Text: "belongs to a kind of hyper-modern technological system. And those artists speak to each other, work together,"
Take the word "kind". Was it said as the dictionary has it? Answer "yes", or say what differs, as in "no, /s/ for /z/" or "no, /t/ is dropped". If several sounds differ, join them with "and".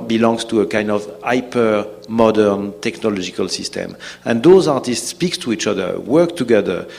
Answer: yes